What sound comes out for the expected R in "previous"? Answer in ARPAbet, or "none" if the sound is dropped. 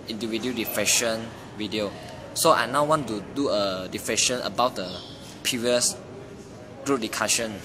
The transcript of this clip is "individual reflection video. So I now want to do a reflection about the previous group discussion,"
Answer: none